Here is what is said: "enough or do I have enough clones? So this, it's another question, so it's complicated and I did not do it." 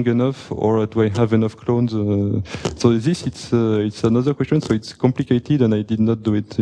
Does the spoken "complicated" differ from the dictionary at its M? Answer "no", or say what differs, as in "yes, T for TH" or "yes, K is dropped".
no